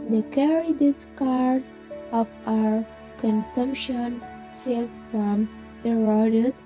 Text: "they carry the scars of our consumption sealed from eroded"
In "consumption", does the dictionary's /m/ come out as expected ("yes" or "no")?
yes